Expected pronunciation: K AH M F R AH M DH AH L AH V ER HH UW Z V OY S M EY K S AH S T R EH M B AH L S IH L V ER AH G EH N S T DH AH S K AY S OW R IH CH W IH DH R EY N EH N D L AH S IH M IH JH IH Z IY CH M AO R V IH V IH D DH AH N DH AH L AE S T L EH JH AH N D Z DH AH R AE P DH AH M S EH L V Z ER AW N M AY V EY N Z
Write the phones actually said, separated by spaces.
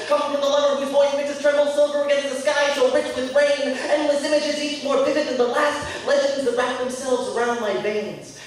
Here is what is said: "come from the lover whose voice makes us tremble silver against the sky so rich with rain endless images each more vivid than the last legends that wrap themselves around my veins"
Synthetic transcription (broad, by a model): K AH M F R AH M DH AH L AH ER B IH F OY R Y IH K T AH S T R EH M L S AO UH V ER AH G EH N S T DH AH S K AY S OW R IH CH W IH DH R EY N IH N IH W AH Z IH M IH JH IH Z IY CH M AO R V IH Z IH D DH AH N DH AH L AE S T L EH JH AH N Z DH AH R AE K DH AH M S EH L V Z ER AW N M AY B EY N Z